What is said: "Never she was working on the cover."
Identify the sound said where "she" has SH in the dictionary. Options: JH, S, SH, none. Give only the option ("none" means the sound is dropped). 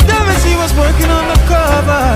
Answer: S